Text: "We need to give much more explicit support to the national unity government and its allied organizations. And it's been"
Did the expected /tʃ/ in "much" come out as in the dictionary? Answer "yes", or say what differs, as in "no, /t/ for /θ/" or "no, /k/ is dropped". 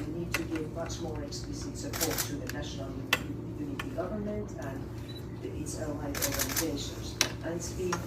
yes